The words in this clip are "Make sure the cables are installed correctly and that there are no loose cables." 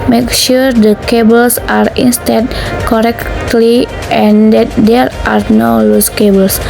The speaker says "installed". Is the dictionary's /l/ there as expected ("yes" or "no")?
no